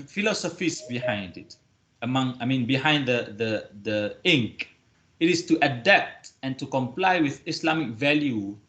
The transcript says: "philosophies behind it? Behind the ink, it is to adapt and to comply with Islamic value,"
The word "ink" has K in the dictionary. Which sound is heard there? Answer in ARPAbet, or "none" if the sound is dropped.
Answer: K